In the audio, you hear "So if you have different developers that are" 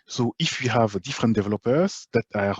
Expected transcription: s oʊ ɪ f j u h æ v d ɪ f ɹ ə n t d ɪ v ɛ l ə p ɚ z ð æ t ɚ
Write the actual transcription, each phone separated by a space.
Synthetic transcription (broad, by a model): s oʊ ɪ f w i h æ v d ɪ f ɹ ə n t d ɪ v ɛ l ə p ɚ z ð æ t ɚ